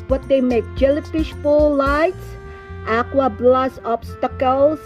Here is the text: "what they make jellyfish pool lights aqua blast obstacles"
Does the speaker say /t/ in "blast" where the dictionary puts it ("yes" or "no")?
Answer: no